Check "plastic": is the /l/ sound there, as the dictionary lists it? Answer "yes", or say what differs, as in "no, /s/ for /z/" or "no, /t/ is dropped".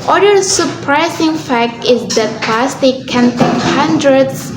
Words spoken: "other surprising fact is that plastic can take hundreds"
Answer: no, /l/ is dropped